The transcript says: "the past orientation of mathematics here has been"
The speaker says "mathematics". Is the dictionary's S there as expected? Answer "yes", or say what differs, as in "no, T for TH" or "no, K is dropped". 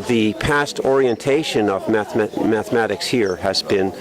yes